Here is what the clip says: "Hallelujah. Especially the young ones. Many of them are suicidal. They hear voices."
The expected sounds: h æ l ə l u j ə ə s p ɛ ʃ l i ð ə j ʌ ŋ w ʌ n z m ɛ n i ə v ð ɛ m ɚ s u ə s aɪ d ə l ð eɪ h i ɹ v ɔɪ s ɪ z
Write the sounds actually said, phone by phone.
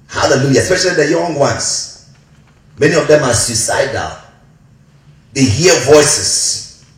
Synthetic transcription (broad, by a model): h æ l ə l u j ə ə s p ɛ ʃ l i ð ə j ʌ ŋ w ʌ n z m ɛ n i ə v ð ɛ m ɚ s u s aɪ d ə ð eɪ h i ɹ v ɔɪ s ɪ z